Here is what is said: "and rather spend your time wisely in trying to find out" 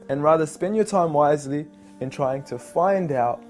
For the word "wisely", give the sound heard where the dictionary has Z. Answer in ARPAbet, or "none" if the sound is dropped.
Z